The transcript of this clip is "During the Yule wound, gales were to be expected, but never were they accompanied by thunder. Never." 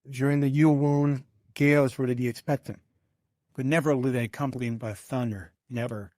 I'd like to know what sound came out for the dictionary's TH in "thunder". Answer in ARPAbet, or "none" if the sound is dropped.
TH